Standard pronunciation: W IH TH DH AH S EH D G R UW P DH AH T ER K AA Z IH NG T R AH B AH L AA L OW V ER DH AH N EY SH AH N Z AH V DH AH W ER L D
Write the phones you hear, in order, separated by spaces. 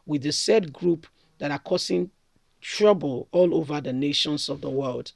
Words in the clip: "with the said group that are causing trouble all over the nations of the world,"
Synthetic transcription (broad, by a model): W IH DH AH S EH D G R UW P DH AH T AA K AA S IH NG T R AH B AH L AA L OW V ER DH AH N EY SH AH N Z AH V DH AH W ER L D